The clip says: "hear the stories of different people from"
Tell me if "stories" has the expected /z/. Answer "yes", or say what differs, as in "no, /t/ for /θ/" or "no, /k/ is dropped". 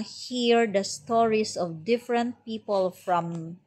no, /s/ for /z/